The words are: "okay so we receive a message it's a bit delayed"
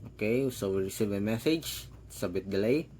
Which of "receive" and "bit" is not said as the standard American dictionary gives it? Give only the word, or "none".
none